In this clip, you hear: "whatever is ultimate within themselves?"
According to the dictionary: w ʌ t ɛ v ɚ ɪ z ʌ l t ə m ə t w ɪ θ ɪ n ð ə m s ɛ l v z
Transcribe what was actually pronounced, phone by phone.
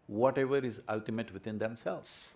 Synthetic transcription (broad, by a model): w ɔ t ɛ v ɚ ɪ z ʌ l t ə m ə t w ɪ t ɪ n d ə m s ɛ l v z